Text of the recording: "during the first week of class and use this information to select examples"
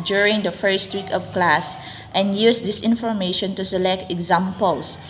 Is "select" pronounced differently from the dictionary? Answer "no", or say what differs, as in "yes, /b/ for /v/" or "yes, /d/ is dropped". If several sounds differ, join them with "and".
no